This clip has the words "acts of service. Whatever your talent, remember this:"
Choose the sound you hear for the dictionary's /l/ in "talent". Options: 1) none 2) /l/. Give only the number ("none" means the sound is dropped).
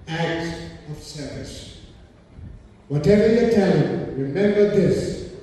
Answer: 1